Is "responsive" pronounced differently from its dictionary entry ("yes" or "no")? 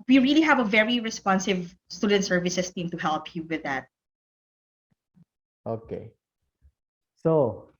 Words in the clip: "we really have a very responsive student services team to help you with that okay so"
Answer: no